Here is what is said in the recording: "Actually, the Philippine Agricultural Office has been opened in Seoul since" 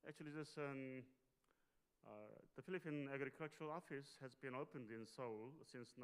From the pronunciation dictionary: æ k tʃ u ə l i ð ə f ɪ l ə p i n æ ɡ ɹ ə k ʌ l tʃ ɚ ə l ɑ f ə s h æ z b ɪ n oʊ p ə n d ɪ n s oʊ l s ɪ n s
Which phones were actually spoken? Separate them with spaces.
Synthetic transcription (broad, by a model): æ k tʃ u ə l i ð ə f ɪ l ə p i n æ ɡ ɹ ə k ʌ l tʃ ɚ ə l ɑ f ə s h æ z b ɪ n oʊ p ə n d ɪ n s oʊ l s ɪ n s